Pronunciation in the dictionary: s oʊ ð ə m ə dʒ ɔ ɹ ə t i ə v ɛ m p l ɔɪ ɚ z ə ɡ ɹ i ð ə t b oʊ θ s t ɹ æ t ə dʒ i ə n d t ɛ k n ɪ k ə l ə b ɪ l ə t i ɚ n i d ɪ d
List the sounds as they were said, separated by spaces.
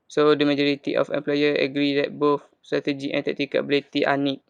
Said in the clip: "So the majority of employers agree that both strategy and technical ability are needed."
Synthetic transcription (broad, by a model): s oʊ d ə m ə dʒ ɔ ɹ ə t i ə f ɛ m p l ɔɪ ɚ ə ɡ ɹ i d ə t b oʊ f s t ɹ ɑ t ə dʒ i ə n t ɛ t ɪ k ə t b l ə t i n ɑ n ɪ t